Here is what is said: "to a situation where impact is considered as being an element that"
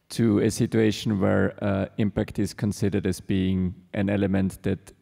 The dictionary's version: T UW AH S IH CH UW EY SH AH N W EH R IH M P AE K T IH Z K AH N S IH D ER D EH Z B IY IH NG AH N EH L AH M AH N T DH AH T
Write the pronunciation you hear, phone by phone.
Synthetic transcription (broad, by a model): T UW AH S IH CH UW EY SH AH N W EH R IH M P AE K T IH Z K AH N S IH D ER D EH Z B IY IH NG AH N EH L AH M AH N T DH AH T